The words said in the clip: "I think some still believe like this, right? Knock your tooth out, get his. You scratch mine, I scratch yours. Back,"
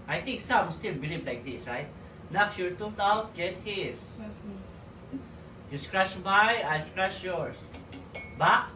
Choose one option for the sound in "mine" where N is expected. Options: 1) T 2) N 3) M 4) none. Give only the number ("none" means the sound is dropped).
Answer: 4